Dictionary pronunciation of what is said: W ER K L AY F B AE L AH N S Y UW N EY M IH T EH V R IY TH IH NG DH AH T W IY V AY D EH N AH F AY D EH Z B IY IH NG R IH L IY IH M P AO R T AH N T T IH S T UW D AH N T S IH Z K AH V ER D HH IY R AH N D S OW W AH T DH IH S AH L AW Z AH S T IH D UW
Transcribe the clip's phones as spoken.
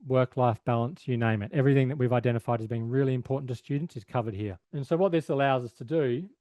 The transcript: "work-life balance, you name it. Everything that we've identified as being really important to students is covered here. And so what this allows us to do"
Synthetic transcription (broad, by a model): W ER K L AY F B AE L AH N S Y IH N EY M IH T EH V R IY TH IH NG DH AH T W IY V AY D EH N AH F AY D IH Z B IY IH NG R IH L IY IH M P AO R T N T T IH S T UW D N T S IH Z K AH V ER D HH IY R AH N S OW W AH T DH IH S AH L AW Z AH S T IH D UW